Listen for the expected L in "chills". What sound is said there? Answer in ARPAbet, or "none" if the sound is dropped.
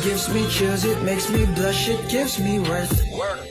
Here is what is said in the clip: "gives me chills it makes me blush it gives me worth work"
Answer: none